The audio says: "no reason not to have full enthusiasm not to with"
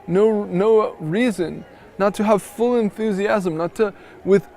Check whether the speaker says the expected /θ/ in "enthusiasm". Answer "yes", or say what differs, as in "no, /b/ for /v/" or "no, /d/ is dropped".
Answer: yes